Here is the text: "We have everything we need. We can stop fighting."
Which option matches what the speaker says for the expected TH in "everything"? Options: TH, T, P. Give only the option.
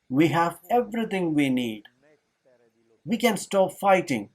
T